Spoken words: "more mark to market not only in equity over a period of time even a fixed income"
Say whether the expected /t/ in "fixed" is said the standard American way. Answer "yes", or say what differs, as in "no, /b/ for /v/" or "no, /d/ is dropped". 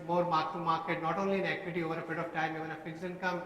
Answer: no, /t/ is dropped